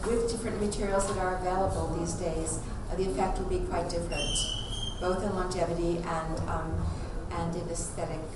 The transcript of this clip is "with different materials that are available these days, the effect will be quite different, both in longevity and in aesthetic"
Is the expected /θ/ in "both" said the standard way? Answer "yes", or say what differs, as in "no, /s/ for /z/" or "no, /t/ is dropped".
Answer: yes